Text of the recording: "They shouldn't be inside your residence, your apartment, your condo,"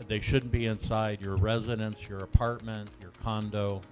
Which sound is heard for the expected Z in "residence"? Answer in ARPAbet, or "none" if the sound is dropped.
Z